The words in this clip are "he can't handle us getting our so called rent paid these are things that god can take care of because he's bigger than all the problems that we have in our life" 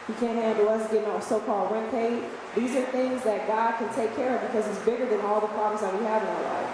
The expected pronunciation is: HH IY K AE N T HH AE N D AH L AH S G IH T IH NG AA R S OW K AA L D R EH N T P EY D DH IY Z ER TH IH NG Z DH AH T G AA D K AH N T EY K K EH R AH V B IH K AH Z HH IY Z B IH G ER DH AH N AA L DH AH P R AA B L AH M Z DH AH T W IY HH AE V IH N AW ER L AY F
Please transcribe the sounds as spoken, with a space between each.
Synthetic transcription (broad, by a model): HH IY K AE N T HH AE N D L AH S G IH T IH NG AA S OW K AA L D R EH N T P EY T DH IY Z ER TH IH NG Z DH AH T G AA D K AH N T EY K K EH R AH V B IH K AH Z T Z B IH G ER DH AH N AA L DH AH P R AA B L AH M Z DH AH T W IY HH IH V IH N AW ER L AY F